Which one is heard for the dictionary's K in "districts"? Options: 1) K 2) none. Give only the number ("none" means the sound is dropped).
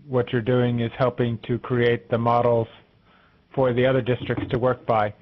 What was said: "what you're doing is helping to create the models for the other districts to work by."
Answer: 1